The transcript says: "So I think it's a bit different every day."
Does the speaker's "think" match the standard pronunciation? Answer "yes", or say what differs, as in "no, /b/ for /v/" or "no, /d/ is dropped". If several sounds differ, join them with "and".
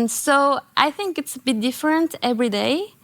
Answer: yes